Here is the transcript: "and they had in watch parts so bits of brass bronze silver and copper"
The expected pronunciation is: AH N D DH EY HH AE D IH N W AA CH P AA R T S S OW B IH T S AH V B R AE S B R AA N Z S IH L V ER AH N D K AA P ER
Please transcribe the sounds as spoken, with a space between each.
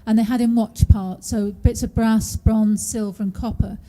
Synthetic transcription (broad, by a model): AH N DH EY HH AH D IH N W AA CH P AA R T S S OW B IH T S AH V B R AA S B R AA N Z S IH L V ER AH N K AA P ER